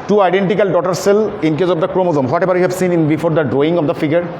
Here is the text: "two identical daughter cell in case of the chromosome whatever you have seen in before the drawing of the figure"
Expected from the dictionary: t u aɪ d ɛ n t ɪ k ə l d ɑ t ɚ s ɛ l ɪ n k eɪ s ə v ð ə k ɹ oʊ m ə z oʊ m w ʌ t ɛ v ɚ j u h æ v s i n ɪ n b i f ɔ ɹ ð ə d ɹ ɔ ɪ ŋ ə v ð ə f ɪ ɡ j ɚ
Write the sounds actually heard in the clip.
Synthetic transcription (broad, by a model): t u aɪ d ɛ n t ɪ k ə l d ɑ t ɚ s ɛ l ɪ n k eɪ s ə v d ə k ɹ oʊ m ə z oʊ m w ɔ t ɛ b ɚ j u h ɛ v s i n ɪ n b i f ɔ ɹ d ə d ɹ ɔ ɪ ŋ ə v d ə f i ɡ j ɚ